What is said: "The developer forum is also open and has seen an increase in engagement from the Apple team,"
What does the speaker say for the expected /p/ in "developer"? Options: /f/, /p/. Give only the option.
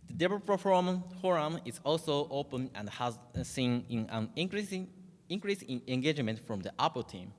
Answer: /f/